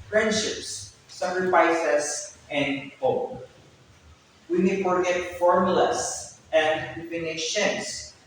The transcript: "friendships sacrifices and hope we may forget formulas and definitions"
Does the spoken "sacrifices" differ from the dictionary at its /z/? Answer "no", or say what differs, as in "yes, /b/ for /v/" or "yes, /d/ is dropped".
yes, /s/ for /z/